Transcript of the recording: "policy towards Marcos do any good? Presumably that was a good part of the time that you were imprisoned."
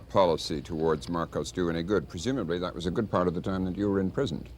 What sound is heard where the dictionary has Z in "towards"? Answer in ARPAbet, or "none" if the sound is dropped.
Z